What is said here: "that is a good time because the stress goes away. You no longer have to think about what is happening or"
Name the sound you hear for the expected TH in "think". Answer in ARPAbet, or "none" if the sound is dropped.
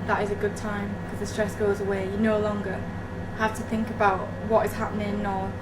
TH